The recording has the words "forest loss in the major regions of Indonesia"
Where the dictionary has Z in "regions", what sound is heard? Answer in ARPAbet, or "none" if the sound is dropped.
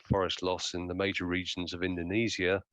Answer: Z